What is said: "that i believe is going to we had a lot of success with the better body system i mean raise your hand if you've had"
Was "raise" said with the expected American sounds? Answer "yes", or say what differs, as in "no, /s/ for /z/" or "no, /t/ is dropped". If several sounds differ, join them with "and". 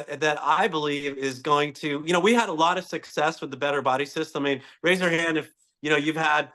yes